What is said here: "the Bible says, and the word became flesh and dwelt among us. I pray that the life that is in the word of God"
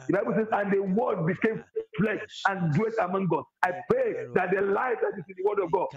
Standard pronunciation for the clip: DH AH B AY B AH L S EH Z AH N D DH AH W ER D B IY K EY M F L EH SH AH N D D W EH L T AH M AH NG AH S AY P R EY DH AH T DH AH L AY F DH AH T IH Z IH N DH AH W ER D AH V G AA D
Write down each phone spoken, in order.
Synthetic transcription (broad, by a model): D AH B AY B AH L S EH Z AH N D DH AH W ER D B IY K EY M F L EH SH AH N D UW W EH T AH M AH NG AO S AY P R EY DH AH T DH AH L AY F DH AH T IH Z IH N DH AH W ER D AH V G AA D